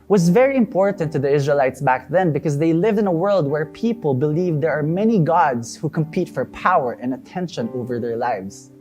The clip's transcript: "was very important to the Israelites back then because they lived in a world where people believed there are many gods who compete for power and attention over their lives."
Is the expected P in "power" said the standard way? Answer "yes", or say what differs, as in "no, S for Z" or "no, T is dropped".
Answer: yes